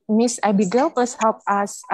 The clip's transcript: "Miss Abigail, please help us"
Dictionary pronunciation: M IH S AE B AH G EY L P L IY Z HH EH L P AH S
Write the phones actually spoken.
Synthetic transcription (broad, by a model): M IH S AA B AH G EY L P L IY S HH EH L P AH S